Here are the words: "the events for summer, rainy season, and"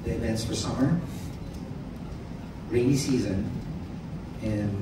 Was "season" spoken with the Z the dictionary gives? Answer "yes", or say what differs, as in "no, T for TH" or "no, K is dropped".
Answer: yes